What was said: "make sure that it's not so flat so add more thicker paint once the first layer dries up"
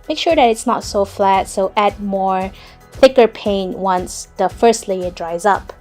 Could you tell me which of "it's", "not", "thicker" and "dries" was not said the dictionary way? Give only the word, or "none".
none